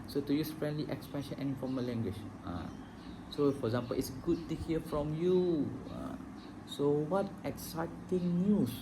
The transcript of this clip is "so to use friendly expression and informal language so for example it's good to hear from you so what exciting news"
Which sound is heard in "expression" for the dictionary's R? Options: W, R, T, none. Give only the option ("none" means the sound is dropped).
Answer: none